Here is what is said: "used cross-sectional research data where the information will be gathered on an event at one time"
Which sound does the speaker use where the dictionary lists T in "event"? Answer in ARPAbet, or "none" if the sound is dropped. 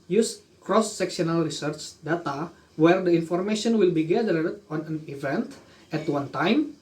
T